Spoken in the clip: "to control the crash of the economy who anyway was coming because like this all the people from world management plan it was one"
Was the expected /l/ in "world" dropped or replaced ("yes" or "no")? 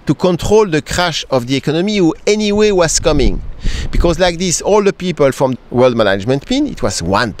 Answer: no